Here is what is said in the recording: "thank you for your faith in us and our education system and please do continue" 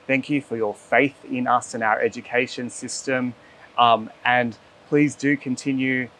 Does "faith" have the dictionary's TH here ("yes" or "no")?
yes